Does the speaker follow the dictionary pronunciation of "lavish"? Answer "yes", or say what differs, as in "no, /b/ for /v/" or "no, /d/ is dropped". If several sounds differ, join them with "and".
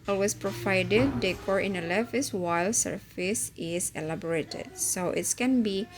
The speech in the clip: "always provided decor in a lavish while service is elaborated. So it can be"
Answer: no, /s/ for /ʃ/